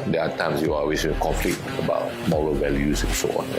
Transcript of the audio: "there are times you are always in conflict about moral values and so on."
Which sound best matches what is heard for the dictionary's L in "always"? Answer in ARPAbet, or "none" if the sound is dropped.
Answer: none